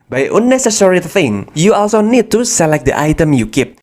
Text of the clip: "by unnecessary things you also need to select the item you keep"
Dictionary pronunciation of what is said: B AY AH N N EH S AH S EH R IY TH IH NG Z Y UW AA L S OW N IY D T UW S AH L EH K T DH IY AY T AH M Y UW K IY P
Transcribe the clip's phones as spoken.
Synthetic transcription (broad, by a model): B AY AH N N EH S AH S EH R IY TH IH NG Y UW AA L S OW N IY D T UW S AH L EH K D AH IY AY T AH M Y UW K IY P